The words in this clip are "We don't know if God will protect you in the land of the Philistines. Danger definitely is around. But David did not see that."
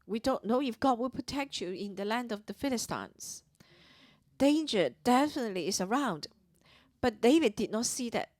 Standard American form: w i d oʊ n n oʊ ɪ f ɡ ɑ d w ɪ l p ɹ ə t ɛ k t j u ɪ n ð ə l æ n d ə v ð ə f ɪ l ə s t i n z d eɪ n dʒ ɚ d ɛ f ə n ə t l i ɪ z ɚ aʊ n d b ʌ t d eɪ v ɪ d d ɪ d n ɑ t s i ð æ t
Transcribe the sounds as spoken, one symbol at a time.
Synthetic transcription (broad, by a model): w i d oʊ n n oʊ ɪ f ɡ ɑ d w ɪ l p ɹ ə t ɛ k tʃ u ɪ n ð ə l æ n d ə v ð ə f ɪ l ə s t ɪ n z d eɪ n dʒ ɚ d ɛ f ə n ə t l i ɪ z ɚ aʊ n d b ʌ t d eɪ v ɪ d d ɪ d n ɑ t s i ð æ t